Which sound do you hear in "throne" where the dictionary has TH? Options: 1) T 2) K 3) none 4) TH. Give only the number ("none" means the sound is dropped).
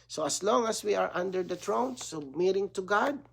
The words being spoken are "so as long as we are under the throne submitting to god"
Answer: 1